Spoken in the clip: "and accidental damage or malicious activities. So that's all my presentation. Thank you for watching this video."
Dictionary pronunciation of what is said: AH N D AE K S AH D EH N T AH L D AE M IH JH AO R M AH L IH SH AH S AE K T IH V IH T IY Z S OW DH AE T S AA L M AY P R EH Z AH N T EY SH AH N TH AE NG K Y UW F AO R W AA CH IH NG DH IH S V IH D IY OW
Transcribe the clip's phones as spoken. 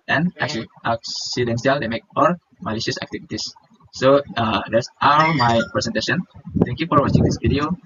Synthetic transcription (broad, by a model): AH N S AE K S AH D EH N S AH L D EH M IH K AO L M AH L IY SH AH S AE K T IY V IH T IY S OW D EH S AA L M AY P R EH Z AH N T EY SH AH N T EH NG K Y UW F AO R W AA CH IH NG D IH S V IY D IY OW